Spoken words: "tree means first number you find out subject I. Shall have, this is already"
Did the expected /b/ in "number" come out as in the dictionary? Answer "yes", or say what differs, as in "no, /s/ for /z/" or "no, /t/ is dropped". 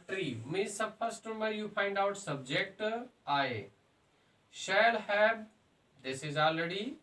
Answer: no, /b/ is dropped